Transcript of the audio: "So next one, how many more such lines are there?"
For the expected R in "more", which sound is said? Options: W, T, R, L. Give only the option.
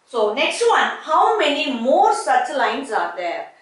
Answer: R